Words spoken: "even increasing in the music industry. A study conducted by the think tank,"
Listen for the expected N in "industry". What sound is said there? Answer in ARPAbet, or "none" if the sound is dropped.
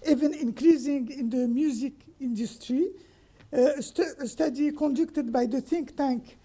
N